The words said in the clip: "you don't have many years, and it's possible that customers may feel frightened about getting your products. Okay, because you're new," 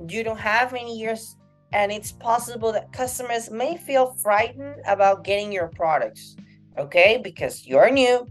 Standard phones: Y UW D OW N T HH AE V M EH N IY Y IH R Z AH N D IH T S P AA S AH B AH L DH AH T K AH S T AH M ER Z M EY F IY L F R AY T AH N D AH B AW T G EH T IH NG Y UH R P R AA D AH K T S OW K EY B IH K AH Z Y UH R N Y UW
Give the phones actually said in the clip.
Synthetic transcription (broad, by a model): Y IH D OW N T HH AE V M EH N IY Y IH R Z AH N IH T S P AA S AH B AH L DH AH T K AH S T AH M ER Z M EY F IY L F R AY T N D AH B AW T G EH T IH NG Y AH R P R AA D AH K T S OW K EY B IH K AH Z Y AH R N Y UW